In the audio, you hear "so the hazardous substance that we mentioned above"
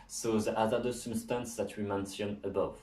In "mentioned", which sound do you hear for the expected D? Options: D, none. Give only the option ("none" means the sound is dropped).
none